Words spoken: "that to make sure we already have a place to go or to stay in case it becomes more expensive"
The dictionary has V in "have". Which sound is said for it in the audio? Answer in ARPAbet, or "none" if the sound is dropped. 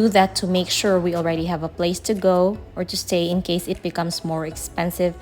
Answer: V